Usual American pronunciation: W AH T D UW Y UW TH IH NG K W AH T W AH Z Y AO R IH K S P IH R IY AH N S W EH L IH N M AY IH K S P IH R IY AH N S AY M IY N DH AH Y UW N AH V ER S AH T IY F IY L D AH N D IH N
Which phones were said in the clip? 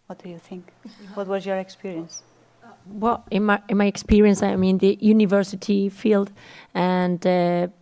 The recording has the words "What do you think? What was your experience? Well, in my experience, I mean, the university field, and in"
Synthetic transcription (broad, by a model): W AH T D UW Y UW TH IH NG K W AH T W AH Z Y AO R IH K S P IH R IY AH N S W EH L IH N M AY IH K S P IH R IY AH N S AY M IY N DH AH Y UW N AH V ER S AH T IY F IY L D AH N D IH